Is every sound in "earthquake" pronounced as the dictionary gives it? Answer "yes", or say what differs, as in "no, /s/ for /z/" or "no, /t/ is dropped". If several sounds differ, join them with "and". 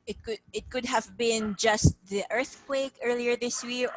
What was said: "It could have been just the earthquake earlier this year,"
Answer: yes